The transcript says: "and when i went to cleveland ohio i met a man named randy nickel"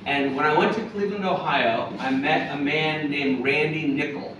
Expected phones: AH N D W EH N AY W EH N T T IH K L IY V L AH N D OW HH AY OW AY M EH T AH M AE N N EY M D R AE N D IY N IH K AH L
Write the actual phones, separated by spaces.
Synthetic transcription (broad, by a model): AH N W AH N AY W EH N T T IH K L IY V AH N OW HH AY OW AY M EH T AH M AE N N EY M R AE N D IY N IH K L